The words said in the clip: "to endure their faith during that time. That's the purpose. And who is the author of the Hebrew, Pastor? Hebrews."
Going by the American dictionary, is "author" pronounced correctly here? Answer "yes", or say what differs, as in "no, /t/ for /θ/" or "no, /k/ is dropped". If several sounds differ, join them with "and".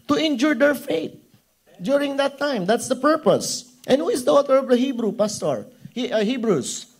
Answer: no, /t/ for /θ/